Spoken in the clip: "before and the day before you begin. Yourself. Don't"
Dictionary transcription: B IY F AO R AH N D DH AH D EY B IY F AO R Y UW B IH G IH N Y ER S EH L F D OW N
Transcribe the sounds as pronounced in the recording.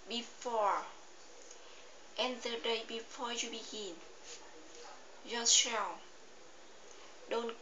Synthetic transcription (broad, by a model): B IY F AO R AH N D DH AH D EY B IY F AO R Y UW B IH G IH N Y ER SH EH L D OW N